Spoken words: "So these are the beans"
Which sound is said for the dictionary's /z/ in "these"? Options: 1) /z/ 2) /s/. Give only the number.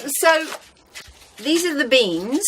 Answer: 1